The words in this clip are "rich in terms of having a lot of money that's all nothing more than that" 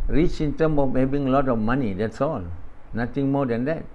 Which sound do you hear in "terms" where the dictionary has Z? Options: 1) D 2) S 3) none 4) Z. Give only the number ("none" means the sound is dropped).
3